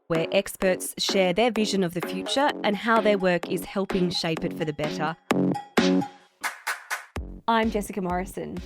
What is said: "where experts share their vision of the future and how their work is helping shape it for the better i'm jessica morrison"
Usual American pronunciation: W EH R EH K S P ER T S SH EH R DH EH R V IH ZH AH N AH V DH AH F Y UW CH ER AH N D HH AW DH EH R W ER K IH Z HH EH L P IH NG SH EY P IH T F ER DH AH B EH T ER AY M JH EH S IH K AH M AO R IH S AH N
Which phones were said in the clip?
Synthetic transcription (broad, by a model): W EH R EH K S P ER T S SH EH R DH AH R V IH ZH AH N AH V DH AH F Y UW CH ER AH N HH AW DH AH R W ER K IH Z HH EH L P IH NG SH EY P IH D F ER DH AH B EH T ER AY M JH EH S IH K AH M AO R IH S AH N